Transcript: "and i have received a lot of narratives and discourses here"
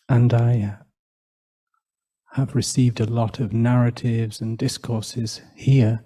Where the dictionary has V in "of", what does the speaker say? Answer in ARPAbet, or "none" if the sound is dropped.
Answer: V